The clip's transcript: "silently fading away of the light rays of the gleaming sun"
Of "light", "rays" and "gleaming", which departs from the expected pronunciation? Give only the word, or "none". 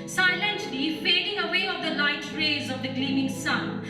none